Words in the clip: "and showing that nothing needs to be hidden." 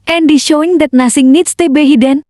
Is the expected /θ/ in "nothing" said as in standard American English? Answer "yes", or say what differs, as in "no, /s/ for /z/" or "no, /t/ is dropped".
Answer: no, /s/ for /θ/